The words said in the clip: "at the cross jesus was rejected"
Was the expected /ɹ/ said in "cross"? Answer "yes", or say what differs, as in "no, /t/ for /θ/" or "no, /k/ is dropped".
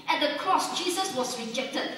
yes